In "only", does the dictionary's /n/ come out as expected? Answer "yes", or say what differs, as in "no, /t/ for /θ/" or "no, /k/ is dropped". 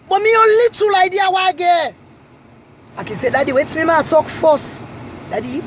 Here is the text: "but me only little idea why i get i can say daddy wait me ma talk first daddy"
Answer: no, /n/ is dropped